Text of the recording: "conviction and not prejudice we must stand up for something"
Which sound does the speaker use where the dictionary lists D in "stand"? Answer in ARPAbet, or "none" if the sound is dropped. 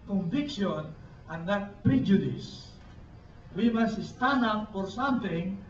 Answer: none